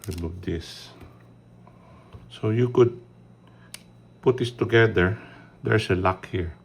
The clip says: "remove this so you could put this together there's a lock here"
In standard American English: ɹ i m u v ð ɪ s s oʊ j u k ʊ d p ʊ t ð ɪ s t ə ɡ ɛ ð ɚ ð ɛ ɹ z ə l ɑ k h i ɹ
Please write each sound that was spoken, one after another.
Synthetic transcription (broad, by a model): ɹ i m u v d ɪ s s oʊ j u k ʊ d p ʊ t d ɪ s t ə ɡ ɛ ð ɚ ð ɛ ɹ s ə l ɑ k h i ɹ